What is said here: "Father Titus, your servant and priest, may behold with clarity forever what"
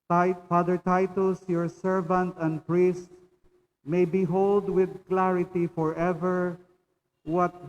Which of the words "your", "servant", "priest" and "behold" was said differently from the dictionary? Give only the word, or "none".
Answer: none